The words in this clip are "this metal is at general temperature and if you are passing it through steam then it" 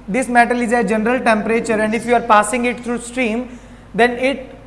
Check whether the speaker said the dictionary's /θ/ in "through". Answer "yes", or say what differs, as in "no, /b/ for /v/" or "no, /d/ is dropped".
no, /t/ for /θ/